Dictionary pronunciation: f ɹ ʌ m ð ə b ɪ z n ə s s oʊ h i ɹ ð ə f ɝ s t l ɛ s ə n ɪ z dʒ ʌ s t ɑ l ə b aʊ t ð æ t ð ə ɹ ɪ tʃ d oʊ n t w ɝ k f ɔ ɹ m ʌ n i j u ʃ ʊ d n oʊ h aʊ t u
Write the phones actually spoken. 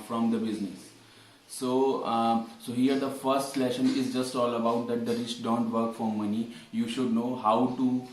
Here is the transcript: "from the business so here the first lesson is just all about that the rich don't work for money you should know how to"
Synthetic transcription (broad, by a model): f ɹ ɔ m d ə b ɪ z n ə s s oʊ h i ɹ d ə f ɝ s t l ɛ ʃ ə n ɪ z dʒ ʌ s t ɑ l ə b aʊ t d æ t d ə ɹ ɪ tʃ d oʊ n t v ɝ k f ɔ ɹ m ʌ n i j u ʃ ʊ d n oʊ h aʊ t u